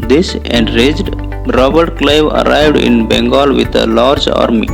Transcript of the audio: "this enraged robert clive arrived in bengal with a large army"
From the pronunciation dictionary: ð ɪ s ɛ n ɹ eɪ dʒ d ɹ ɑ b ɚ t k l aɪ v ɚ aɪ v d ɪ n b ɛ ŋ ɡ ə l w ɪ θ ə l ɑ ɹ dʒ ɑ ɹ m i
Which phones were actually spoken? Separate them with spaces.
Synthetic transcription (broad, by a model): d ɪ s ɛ n ɹ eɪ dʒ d ɹ ɑ b ɚ t k l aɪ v ɚ aɪ v d ɪ n b ɛ ŋ ɡ ə l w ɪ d ə l ɑ ɹ dʒ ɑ ɹ m i